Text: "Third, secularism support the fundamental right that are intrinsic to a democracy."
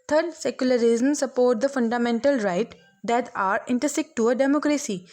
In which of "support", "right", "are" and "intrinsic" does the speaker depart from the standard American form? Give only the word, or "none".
intrinsic